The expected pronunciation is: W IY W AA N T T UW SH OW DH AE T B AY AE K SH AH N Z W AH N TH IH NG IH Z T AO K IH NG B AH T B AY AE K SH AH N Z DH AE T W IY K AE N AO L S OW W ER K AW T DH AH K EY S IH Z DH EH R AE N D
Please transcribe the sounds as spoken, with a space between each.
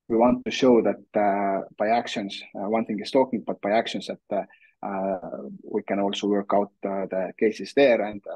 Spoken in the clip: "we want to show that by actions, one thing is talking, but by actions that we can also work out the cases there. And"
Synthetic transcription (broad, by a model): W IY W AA N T T UW SH OW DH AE T B AY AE K SH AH N S W AH N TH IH NG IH S T AO K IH NG B AH T B AY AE K SH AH N S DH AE T W IY K AE N AO L S OW W ER K AW T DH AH K EY S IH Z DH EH R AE N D